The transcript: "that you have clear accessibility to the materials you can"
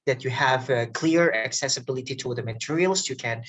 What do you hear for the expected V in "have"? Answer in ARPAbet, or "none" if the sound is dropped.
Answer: V